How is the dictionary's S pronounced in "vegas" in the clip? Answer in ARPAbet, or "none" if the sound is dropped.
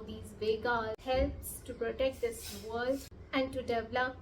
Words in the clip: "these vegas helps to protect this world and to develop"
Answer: none